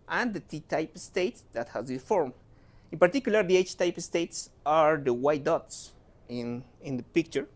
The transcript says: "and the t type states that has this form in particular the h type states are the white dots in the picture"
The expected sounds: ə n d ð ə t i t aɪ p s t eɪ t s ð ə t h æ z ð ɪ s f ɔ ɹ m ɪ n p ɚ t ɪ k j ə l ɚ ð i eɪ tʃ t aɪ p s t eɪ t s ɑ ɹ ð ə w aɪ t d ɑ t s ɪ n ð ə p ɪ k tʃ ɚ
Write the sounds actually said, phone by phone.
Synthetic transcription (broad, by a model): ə n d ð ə t i t aɪ p s t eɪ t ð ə t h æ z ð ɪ f ɔ ɹ m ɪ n p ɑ t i k j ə l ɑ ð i eɪ tʃ t aɪ p s t eɪ t s ɑ ɹ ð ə w aɪ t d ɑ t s ɪ n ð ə p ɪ k tʃ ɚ